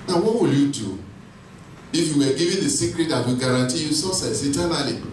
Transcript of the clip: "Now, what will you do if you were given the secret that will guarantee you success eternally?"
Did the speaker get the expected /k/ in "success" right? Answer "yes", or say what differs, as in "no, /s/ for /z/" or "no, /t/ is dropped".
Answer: no, /k/ is dropped